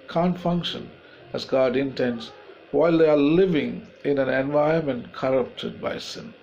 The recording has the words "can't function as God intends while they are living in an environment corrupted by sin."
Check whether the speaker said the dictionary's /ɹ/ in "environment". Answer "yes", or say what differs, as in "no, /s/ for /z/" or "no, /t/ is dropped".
no, /ɹ/ is dropped